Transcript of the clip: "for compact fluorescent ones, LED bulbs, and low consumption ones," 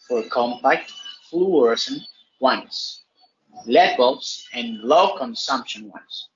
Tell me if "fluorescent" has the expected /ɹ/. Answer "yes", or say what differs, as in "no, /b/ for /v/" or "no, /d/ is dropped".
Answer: no, /w/ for /ɹ/